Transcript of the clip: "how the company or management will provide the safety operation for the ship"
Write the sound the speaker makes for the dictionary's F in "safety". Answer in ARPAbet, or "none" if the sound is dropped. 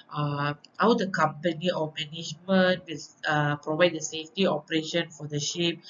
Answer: F